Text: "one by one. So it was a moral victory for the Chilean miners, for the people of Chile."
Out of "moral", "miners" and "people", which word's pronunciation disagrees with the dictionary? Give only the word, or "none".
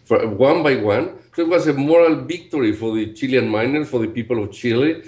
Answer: miners